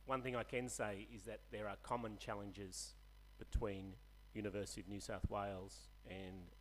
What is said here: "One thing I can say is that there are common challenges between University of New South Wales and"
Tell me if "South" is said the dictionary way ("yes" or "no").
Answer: yes